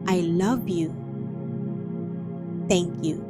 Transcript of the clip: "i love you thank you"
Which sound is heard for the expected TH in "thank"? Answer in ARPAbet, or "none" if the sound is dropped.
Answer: T